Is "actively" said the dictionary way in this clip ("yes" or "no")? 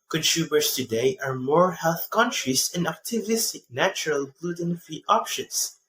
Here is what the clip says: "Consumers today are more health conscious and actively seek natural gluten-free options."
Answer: no